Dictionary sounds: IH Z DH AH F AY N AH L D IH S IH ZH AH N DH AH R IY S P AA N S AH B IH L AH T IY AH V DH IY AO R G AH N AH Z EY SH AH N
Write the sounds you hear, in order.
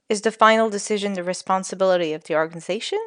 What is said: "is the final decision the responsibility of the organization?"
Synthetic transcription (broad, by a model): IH Z DH AH F AY N L D IH S IH ZH AH N DH AH R IY S P AA N S AH B IH L AH T IY AH V DH IY AO R G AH N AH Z EY SH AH N